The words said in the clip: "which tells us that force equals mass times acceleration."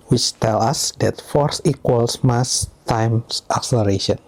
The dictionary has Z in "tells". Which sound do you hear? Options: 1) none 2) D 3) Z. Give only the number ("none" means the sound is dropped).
1